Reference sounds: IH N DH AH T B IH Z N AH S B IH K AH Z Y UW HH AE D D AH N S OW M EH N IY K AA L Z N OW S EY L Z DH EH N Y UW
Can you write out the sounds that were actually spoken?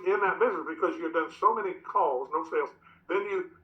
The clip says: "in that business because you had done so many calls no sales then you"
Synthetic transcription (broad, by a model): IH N DH AH T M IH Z AH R B IH K AH Z Y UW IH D D AH N S OW M EH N IY K AA L Z N OW S EY L Z DH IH N Y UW